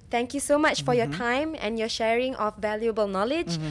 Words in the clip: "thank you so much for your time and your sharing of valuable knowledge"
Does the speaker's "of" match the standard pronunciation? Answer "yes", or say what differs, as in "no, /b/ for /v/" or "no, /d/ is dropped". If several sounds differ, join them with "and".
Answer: no, /f/ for /v/